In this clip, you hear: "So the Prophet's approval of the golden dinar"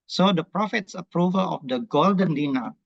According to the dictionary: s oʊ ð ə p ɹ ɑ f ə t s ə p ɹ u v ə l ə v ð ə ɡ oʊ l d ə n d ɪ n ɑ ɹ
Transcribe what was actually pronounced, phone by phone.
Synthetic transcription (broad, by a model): s oʊ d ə p ɹ ɑ f ə t s ə p ɹ u v ə l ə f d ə ɡ oʊ l d ə n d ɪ n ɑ